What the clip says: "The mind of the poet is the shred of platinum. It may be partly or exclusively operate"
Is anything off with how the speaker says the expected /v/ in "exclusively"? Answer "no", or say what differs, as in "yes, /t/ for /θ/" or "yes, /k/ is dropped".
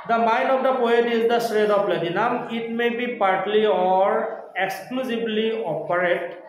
yes, /b/ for /v/